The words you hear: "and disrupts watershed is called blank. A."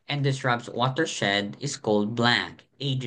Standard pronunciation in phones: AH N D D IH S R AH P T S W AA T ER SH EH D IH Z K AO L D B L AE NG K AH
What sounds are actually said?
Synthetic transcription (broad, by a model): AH N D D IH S R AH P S W AA T ER SH EH D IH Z K AO L D B L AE K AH